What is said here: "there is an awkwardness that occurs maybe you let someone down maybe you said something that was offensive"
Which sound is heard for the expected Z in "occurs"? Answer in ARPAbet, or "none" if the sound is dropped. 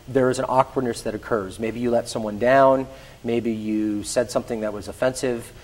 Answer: Z